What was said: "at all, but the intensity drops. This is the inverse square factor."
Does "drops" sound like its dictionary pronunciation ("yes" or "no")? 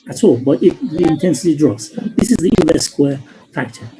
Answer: no